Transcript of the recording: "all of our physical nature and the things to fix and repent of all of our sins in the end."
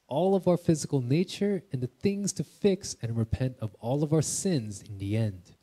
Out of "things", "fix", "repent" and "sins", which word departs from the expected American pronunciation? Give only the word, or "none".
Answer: none